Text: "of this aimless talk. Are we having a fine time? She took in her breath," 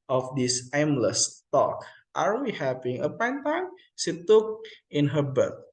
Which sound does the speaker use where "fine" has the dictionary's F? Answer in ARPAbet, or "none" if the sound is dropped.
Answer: P